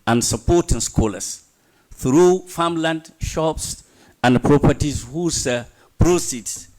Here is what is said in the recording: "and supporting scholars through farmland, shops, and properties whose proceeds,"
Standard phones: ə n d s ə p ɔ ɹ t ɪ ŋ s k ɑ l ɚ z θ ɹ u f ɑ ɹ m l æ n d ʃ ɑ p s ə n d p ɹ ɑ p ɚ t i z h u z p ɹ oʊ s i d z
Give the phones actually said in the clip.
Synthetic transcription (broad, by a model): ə n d s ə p ɔ t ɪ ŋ s k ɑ l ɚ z θ ɹ u f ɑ m l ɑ n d ʃ ɑ p s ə n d p ɹ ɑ p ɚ t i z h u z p ɹ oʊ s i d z